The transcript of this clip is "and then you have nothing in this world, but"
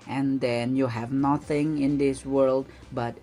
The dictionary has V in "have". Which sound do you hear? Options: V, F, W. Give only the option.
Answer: V